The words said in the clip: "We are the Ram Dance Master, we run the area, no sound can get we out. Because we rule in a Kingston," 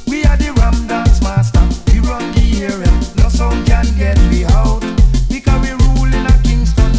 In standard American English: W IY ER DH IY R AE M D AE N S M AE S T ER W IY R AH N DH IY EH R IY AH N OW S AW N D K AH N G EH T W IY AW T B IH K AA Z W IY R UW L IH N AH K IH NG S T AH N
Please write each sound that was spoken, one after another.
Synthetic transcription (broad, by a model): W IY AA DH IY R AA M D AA S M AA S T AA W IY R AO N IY EH R IY AH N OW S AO K AH N G EH T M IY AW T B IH K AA W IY R UW L IH N AH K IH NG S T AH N